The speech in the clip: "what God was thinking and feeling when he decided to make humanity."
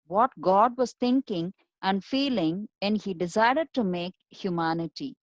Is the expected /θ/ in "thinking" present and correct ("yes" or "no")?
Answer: no